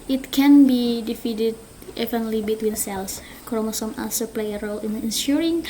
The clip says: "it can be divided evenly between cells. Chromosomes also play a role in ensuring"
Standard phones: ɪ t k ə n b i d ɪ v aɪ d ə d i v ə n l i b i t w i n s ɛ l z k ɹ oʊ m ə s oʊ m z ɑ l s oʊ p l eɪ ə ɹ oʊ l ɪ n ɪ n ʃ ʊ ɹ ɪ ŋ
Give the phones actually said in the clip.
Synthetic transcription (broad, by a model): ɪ t k ə n b i d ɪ f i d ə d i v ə n l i b i t w i n s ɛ l s k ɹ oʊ m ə s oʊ m ɑ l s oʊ p l eɪ ə ɹ oʊ l ɪ n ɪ n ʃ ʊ ɹ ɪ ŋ